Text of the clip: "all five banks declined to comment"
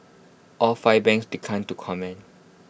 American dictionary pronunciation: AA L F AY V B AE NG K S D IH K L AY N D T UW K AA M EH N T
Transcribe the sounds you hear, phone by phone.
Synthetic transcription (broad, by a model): AA L F AY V B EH NG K S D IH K AY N T UW K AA M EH N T